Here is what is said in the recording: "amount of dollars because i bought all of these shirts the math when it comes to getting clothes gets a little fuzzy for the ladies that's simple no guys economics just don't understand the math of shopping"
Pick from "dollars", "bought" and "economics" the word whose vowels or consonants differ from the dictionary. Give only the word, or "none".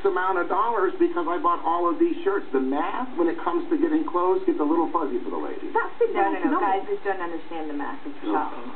economics